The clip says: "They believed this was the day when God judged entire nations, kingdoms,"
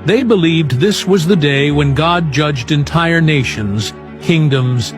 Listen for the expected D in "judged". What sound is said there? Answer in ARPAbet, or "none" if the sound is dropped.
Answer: D